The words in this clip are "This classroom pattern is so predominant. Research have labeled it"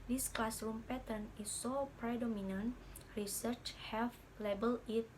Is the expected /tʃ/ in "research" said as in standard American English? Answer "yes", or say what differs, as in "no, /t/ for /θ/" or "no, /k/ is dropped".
yes